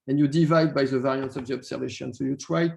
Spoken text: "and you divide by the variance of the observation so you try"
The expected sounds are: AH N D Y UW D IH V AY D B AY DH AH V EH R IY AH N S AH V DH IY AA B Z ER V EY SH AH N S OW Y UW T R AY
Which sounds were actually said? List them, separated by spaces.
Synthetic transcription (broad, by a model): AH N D Y UW D IH V AY D B AY DH AH V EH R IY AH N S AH B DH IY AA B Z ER V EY SH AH N S OW Y UW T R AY